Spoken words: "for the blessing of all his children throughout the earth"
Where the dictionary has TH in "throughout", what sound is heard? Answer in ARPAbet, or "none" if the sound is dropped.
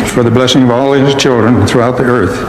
TH